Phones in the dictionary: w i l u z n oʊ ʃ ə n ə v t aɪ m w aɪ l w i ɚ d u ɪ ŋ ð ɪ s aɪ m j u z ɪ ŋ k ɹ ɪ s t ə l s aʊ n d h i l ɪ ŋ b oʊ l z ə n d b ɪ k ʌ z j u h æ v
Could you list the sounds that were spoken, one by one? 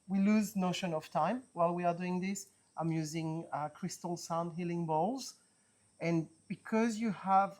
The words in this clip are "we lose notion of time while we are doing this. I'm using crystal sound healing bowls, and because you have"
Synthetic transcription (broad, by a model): w i l u z n oʊ ʃ ə n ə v t aɪ m w aɪ l w i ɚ d u ɪ ŋ ð ɪ s aɪ m j u z ɪ ŋ k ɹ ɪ s t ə l s aʊ n d h i l ɪ ŋ b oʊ l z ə n b ɪ k ʌ z j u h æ v